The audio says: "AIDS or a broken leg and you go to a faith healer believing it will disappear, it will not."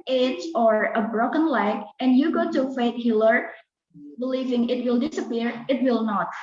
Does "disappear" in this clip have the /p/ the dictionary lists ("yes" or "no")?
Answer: yes